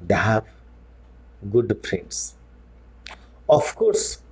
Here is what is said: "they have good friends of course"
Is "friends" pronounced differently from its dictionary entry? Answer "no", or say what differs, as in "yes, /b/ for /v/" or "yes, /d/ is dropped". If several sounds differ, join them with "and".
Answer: yes, /p/ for /f/